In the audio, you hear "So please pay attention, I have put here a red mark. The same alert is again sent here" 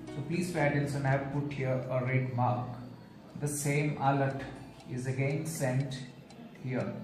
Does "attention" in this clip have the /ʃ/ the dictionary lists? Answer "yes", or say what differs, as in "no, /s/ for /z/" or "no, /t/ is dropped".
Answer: no, /s/ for /ʃ/